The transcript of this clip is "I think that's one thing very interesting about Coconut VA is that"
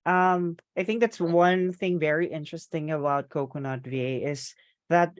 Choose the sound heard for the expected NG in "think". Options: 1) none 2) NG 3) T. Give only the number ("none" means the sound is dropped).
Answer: 2